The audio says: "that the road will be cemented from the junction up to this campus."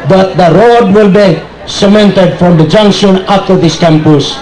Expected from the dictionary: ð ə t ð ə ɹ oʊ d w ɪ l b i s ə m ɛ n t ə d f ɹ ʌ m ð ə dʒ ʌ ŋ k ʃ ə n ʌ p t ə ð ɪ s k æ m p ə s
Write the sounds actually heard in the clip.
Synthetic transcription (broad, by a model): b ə t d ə ɹ oʊ d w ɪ l b i s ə m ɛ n t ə d f ɹ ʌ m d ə dʒ ʌ ŋ k ʃ ə n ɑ f t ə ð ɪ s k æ m p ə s